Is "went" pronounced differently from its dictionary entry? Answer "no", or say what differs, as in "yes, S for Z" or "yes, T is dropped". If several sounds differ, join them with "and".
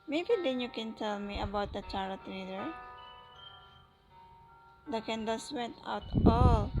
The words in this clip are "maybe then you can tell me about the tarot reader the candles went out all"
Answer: yes, N is dropped